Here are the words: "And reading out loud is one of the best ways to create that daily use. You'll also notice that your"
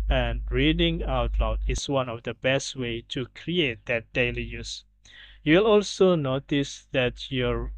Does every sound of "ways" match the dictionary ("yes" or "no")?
no